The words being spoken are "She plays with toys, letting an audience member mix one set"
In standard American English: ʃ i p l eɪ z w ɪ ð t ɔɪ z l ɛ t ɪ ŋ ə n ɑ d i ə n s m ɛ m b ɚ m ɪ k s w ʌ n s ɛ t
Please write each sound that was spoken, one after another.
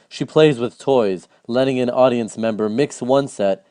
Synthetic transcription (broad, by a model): ʃ i p l eɪ z w ɪ ð t ɔɪ z l ɛ t ɪ ŋ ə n ɑ d i ə n s m ɛ m b ɚ m ɪ k s w ʌ n s ɛ t